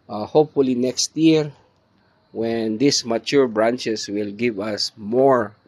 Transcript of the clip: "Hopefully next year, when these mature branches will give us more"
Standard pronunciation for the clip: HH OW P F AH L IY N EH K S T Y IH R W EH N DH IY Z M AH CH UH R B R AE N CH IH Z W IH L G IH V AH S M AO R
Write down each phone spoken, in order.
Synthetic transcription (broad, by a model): HH OW P F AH L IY N EH K S T Y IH R W EH N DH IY S M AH CH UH R B R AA N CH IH S W IH L G IH V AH S M AO R